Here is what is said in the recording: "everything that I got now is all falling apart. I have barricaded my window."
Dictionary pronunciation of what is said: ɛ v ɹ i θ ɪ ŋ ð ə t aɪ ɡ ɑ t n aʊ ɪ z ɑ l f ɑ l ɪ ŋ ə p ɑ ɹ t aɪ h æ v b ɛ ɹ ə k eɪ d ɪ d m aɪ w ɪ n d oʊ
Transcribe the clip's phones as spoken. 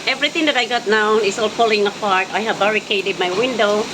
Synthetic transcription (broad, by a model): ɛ v ɹ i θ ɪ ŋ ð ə t aɪ ɡ ɑ t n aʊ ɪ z ɑ l p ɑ l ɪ ŋ ə p ɑ ɹ t aɪ h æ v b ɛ ɹ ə k eɪ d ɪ d m aɪ w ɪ n d oʊ